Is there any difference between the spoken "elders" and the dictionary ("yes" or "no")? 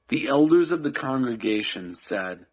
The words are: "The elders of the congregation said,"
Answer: no